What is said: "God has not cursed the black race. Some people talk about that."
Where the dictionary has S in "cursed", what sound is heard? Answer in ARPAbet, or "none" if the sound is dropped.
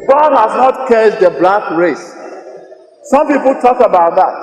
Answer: none